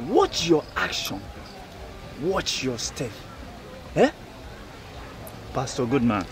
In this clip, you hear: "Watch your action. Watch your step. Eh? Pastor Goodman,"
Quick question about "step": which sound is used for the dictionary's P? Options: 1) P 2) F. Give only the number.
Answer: 2